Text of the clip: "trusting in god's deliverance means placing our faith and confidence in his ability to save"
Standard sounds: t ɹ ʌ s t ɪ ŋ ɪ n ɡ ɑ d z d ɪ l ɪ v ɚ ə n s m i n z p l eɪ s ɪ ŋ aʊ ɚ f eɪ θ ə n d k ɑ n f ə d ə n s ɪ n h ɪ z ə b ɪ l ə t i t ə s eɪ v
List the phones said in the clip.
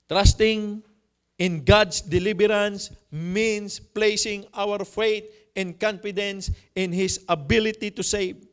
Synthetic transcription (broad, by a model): t ɹ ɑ s t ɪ ŋ ɪ n ɡ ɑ d s d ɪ l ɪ b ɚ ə n s m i n s p l eɪ s ɪ ŋ aʊ ɚ f eɪ t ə n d k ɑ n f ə d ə n s ɪ n h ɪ s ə b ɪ l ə t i t ə s eɪ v